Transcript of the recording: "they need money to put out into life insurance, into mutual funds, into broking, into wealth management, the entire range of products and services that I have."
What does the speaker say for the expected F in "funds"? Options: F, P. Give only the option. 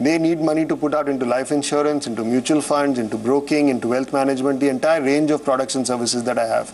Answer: F